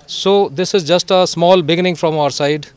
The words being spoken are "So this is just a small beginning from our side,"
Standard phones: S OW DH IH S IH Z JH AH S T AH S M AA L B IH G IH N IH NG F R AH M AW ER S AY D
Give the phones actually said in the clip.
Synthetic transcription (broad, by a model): S OW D IH S IH Z JH AH S T AH S M AA L B IH G IH N IH NG F R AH M AW ER S AY D